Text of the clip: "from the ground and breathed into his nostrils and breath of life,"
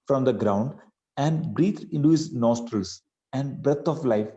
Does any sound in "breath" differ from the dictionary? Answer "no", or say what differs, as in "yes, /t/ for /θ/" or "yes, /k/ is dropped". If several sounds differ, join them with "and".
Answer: yes, /t/ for /θ/